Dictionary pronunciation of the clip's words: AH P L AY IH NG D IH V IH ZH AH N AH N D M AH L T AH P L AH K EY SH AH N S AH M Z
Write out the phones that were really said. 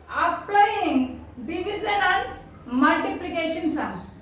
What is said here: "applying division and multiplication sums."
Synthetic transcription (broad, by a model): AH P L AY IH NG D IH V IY Z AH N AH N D M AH L T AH P L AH K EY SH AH N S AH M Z